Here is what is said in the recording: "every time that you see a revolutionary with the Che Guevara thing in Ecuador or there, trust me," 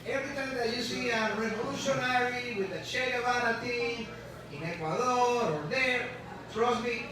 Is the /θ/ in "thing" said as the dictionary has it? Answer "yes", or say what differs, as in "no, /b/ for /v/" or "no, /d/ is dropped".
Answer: no, /t/ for /θ/